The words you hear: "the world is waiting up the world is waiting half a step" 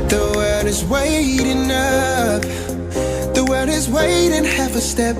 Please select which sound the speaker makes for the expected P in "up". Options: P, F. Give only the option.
F